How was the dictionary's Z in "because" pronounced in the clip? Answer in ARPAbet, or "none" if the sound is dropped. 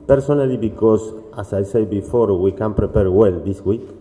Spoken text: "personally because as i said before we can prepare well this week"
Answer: S